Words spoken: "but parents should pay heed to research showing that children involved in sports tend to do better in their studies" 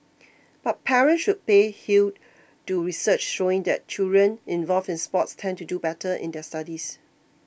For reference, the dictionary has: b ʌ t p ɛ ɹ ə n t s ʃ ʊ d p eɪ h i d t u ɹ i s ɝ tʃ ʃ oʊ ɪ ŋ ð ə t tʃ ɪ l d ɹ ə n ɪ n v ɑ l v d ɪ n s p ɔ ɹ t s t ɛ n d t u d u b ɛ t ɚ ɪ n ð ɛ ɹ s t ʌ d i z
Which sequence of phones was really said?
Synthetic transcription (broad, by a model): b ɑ t p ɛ ɹ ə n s ʃ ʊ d p eɪ h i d t u ɹ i s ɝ tʃ ʃ oʊ ɪ ŋ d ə t tʃ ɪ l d ɹ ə n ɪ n v ɑ l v ɪ n s p ɔ t s t ɛ n t u d u b ɛ t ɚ ɪ n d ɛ s t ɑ d i s